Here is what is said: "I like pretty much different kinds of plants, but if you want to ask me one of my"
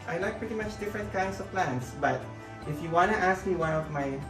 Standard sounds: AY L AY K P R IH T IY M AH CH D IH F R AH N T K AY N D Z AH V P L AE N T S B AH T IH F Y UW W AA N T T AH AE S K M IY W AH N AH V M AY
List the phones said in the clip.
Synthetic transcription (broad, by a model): AY L AY K P R IH T IY M AH CH D IH F R AH N T K AY N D S AH V P L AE N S B AH T IH F Y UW W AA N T T AE S K M IY W AH N AH V M AY